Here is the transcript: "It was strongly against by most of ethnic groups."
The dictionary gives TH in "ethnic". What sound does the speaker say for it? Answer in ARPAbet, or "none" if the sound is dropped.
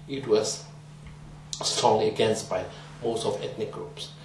T